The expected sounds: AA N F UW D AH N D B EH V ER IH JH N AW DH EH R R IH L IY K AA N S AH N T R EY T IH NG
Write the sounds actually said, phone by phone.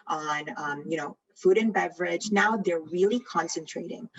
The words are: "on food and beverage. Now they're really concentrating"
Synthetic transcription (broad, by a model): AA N F UW D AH N B EH V ER IH JH N AW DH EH R R IH L IY K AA N S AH N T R EY T IH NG